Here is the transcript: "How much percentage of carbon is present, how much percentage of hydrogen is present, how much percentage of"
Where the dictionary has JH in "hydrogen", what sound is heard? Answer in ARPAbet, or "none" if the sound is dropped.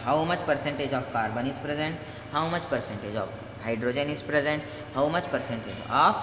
JH